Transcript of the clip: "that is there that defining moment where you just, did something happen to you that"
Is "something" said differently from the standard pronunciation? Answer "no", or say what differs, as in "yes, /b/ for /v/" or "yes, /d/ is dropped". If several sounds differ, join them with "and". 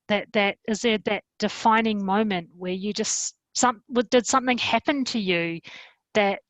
no